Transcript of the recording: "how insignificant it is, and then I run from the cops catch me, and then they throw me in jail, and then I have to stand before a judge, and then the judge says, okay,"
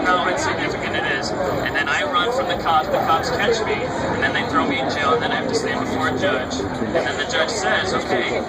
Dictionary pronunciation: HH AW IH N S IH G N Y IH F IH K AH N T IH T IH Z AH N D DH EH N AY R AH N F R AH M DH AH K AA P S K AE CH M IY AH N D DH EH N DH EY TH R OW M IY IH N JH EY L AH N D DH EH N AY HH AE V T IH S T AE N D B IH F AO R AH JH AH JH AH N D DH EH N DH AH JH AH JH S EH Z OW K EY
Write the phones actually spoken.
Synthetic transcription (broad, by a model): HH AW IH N S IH G N IH F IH K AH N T IH T IH Z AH N DH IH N AY R AH N F R AH M DH AH K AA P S K AE CH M IY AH N DH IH N DH EY TH R OW M IY IH N JH EY L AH N DH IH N AY HH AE F T IH S T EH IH B IH F AO R AH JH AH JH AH N DH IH N DH AH JH AH JH S EH Z OW K EY